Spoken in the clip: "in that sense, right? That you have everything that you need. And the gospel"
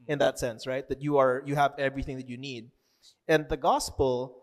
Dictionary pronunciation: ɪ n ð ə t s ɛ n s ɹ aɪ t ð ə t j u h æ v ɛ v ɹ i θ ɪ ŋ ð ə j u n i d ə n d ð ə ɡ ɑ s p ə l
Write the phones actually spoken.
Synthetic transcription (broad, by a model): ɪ n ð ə t s ɛ n s ɹ aɪ t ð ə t j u h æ v ɛ v ɹ i θ ɪ ŋ ð ə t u n i d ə n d ð ə ɡ ɑ s p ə l